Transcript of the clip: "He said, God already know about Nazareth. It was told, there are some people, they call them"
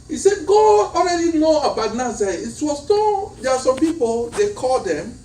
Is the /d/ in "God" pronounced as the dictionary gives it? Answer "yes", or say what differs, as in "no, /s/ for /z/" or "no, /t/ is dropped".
no, /d/ is dropped